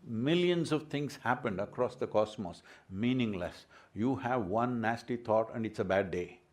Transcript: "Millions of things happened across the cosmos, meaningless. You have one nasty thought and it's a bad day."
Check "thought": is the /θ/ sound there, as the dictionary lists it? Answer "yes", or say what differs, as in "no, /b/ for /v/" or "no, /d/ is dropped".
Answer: no, /t/ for /θ/